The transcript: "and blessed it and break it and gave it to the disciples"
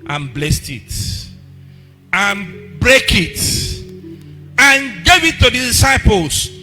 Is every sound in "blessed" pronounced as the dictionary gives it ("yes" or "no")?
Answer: yes